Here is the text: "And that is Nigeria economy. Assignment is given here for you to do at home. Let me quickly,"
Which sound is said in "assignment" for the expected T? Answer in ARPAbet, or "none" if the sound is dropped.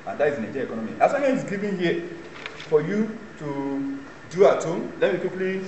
none